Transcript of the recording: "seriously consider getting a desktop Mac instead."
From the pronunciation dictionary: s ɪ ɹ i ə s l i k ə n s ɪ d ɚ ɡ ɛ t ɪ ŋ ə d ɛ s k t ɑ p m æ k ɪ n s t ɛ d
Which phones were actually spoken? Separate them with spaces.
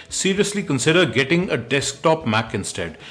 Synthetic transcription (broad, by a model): s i ɹ i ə s l i k ə n s ɪ d ɚ ɡ ɛ t ɪ ŋ ə d ɛ s k t ɑ p m æ k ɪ n s t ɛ d